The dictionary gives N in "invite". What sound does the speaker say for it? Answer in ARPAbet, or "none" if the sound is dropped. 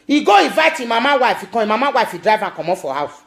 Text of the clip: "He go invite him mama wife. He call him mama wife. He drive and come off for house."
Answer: none